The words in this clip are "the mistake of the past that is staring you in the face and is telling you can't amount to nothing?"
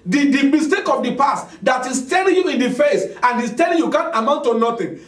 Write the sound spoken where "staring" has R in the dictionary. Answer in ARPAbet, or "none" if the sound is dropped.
L